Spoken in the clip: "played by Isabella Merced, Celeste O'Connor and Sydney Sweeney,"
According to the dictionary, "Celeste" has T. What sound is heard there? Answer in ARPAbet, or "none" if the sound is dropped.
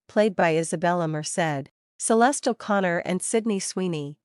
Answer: T